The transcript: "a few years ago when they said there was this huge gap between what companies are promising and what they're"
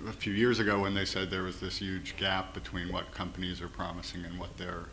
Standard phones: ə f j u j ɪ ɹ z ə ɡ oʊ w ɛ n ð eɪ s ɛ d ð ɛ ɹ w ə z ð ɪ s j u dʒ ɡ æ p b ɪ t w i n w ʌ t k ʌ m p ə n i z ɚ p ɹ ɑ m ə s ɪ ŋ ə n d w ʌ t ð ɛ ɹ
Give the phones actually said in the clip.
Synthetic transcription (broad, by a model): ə f j u j ɪ ɹ z ə ɡ oʊ w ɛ n ð eɪ s ɛ d ð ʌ ɹ w ə z ð ɪ s j u dʒ ɡ æ p b ɪ t w i n w ʌ t k ʌ m p ə n i z ɚ p ɹ ɑ m ə s ɪ ŋ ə n w ʌ t ð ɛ ɹ